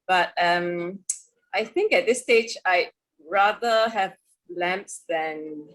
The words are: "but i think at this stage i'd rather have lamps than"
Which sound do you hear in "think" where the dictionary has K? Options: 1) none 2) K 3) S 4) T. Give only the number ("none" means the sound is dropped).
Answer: 2